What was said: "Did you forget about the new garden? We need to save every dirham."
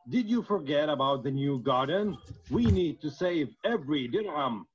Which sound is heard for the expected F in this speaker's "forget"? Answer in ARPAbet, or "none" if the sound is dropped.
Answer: F